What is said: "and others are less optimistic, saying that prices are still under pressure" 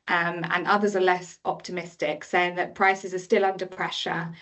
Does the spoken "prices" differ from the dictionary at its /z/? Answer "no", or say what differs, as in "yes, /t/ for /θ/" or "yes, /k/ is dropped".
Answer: no